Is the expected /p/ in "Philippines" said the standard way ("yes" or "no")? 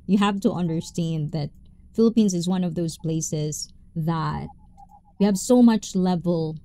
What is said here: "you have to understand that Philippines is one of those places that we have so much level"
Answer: yes